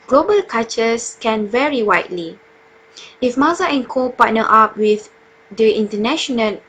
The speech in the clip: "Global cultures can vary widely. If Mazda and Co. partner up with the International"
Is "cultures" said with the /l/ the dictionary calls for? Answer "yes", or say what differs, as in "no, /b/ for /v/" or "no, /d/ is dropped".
no, /l/ is dropped